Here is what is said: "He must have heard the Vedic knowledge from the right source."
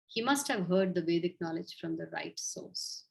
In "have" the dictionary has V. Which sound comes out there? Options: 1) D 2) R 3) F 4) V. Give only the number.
4